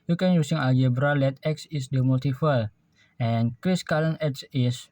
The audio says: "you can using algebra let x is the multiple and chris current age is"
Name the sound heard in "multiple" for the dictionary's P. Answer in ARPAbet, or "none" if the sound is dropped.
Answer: F